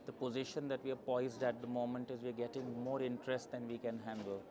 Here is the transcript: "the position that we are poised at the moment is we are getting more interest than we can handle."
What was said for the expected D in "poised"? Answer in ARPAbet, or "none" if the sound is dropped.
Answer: D